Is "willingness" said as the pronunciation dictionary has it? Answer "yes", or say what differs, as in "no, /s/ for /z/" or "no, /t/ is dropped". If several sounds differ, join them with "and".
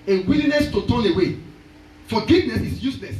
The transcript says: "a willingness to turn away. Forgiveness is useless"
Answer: no, /ŋ/ is dropped